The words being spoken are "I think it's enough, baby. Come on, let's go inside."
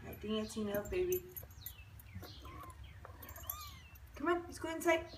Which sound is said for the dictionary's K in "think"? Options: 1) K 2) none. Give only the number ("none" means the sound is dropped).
2